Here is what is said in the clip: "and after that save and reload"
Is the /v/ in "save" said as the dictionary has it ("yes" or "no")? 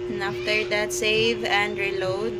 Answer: yes